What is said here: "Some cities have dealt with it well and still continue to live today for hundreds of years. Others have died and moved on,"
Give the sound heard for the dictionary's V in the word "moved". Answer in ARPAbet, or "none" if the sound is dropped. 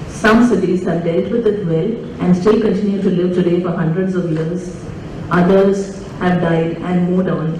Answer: none